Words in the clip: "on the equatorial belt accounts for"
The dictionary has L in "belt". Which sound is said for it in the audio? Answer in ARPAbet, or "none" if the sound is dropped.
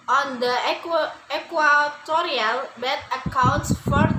none